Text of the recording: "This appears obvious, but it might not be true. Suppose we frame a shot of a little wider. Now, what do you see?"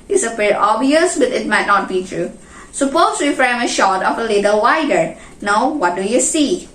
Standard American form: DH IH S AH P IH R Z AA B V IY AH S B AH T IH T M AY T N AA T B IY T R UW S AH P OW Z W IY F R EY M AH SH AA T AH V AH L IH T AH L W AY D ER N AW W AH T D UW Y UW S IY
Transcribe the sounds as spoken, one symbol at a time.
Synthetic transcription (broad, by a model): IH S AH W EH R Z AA B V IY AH S B AH T IH T M AY T N AA T B IY T R UW S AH P OW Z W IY F R EY M AH SH AA T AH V AH L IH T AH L W AY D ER N AW W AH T D UW Y UW S IY